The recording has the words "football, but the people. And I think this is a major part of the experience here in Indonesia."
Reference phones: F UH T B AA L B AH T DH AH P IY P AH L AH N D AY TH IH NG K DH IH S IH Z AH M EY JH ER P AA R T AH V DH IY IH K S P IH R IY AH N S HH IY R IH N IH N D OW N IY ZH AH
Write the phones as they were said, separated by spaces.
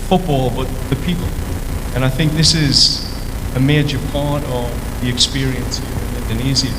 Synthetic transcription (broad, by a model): F UH T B AA L B AH T DH AH P IY P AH L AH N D AY TH IH NG K DH IH S IH Z AH M EY JH ER P AA R T AH V DH IY IH K S P IH R IY AH N S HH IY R IH N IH N D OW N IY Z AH